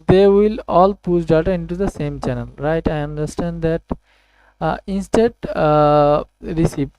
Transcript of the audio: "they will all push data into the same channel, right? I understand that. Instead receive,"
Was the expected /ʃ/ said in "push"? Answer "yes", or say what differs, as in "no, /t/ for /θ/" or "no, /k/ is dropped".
no, /s/ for /ʃ/